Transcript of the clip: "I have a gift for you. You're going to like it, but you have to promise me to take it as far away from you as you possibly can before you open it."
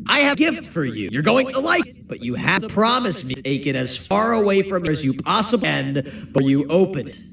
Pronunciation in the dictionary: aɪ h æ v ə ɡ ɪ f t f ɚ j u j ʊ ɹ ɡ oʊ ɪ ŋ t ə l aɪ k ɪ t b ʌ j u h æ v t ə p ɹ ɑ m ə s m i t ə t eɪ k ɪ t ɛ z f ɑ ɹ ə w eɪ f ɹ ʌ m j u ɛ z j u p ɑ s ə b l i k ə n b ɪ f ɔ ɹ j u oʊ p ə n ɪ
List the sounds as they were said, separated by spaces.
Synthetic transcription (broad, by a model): aɪ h ə ɡ ɪ f t f ɚ j u j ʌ ɹ ɡ oʊ ɪ ŋ t ə l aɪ ɪ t b ʌ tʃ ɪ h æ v p ɹ ɑ m ə s m i t ə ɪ k ɪ t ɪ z f ɑ ɹ ə w eɪ f ɹ ʌ m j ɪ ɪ z j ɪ p ɑ s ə b i n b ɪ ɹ j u oʊ p ə n